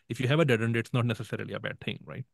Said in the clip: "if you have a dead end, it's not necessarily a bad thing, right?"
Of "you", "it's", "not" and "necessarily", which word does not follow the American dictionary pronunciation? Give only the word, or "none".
none